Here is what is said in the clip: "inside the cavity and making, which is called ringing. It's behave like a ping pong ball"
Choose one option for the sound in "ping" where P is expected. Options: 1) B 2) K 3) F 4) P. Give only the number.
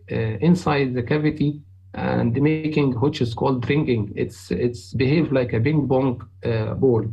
1